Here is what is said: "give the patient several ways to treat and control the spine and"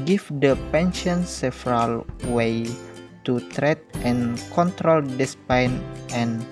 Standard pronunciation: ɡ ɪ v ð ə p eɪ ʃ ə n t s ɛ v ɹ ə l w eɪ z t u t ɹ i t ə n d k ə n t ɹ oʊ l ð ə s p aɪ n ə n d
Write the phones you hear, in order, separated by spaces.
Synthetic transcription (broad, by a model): ɡ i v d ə p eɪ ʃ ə n s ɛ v ɹ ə l w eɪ t u t ɹ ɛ t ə n k ə n t ɹ oʊ l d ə s p aɪ n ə n